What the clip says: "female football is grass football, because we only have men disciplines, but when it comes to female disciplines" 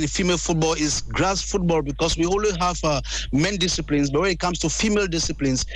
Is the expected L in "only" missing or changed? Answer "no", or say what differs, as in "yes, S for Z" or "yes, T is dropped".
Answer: yes, W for L